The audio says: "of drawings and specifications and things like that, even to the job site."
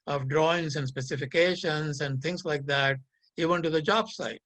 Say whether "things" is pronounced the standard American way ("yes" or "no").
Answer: no